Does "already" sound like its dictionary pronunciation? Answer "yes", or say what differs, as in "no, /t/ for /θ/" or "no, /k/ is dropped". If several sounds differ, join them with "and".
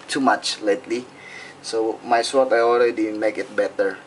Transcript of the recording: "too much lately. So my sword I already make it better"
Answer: no, /l/ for /ɹ/